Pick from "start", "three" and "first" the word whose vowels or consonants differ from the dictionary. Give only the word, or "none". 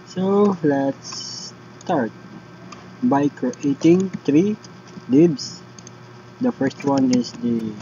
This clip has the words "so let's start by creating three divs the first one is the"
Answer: three